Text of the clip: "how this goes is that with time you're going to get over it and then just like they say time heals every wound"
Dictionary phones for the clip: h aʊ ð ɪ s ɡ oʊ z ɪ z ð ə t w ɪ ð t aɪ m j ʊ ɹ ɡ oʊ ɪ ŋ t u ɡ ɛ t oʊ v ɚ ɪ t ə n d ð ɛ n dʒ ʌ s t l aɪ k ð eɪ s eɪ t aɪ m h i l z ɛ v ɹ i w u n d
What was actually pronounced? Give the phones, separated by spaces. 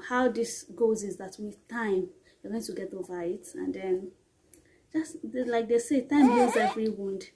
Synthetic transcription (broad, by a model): h aʊ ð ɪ s ɡ oʊ z ɪ z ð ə t w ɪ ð t aɪ m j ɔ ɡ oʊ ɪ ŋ t u ɡ ɛ t oʊ v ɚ ɪ t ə n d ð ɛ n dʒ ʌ s t l aɪ k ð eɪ s eɪ t aɪ m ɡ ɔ z ɛ v ɹ i w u n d